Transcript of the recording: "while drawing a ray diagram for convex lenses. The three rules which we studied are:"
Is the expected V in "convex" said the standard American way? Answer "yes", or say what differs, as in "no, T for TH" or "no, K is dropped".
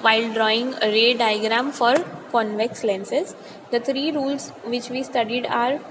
yes